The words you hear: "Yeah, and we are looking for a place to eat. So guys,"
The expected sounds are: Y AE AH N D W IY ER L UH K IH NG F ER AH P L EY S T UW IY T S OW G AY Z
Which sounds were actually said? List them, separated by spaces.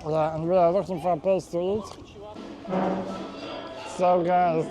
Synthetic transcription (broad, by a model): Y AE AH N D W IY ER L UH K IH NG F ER AH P EY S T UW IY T S OW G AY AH